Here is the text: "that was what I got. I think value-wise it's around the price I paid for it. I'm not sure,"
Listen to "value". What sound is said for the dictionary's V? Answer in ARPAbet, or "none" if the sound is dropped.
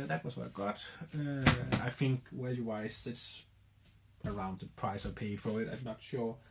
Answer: W